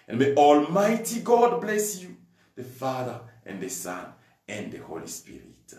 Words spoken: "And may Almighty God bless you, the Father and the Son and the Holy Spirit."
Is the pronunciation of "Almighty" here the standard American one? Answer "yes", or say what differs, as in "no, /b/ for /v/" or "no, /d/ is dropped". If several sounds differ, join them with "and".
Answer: yes